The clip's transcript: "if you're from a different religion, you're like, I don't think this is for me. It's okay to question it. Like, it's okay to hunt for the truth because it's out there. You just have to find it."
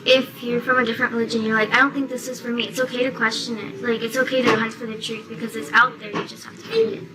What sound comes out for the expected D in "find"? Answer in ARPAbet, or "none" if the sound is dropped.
none